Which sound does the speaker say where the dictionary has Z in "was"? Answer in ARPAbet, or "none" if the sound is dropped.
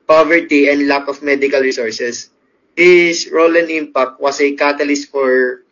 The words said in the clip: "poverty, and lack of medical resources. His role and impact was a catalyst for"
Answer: S